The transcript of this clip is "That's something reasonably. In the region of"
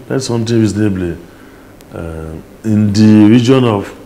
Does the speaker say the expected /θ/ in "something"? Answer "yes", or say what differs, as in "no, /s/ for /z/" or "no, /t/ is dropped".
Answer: no, /t/ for /θ/